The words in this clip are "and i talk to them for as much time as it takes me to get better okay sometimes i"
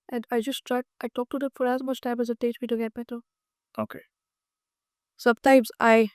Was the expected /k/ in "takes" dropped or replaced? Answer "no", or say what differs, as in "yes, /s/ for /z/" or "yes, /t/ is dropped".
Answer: yes, /k/ is dropped